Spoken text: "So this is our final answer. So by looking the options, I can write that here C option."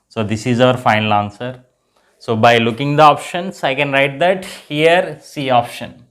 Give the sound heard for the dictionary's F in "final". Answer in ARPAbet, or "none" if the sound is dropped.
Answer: F